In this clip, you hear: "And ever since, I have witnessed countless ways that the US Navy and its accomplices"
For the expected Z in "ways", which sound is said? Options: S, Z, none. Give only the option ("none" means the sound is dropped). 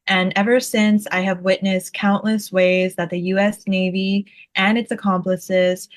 Z